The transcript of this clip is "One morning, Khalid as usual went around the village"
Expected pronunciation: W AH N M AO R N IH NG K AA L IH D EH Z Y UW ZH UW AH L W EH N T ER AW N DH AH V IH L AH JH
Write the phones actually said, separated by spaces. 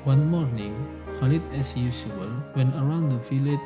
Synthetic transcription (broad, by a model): W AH N M AO R N IH NG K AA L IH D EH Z Y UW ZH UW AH L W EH N ER AW N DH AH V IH L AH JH